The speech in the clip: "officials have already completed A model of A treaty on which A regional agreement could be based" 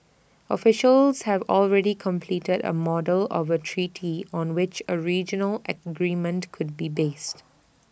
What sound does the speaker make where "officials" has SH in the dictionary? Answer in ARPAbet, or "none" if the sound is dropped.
SH